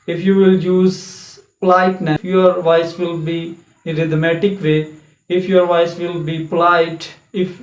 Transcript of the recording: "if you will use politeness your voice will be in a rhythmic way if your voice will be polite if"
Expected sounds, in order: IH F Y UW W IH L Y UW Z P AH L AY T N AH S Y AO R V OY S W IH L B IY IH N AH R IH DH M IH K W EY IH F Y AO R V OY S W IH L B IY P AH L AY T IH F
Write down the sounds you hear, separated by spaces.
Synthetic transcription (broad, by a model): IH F Y UW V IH L Y UW Z P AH L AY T N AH Y AO R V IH S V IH L B IY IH R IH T M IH K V EY IH F Y AO R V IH S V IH L B IY P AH L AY T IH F